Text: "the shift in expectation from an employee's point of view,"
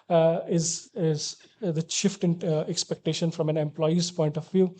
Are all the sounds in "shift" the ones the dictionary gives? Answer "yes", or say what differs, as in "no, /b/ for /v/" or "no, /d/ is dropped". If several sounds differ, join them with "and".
yes